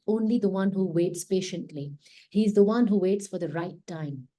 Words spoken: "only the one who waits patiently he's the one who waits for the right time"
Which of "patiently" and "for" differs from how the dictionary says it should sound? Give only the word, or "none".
none